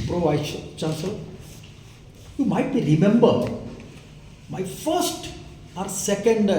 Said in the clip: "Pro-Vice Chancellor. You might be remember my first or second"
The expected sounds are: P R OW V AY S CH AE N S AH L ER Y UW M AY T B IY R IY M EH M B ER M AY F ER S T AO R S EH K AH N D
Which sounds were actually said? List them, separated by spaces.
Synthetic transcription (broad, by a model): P R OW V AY SH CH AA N S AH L Y UW M AY T B IY R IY M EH M B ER M AY F ER S T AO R S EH K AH N D